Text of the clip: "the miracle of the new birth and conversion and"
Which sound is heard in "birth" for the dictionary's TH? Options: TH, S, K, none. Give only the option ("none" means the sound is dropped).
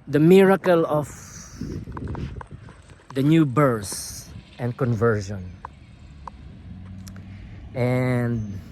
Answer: S